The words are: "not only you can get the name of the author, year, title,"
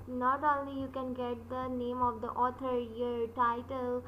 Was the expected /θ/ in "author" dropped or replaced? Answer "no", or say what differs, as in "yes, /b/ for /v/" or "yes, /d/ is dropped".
yes, /t/ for /θ/